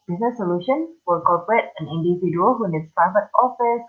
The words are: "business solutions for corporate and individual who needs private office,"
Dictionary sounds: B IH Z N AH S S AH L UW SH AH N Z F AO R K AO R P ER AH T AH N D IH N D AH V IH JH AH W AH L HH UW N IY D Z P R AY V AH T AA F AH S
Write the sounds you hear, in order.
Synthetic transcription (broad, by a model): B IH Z N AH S S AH L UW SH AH N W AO L K AO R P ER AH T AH N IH N D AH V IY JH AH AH L HH UW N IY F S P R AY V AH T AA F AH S